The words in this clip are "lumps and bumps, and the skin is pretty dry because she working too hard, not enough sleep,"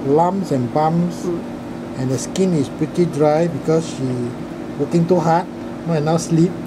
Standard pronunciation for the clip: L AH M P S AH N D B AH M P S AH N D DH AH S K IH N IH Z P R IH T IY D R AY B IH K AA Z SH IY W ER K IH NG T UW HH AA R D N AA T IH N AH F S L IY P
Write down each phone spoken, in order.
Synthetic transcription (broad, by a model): L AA M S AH N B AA M S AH N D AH S K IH N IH S P R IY T IY D R AY B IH K AA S SH IY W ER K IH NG T UW HH AA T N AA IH N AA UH S L IY P